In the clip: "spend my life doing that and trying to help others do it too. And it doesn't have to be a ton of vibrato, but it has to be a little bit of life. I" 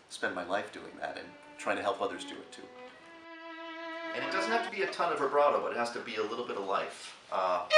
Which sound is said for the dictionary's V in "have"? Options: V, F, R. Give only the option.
F